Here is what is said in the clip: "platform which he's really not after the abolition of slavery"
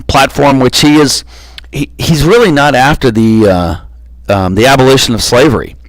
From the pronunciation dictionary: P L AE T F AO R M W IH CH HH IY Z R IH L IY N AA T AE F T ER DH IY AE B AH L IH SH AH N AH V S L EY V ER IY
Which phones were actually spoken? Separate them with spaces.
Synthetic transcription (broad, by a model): P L AE T F AO R M W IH CH HH IY Z R IH L IY N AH T AE F T ER DH IY AE B AH L IH SH AH N AH V S L EY V ER IY